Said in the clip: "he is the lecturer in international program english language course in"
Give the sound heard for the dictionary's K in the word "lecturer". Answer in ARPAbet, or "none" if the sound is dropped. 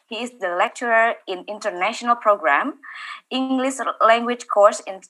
K